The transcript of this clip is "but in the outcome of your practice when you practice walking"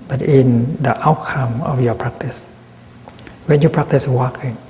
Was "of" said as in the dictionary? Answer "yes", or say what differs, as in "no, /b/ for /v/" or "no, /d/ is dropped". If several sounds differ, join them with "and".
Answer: no, /f/ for /v/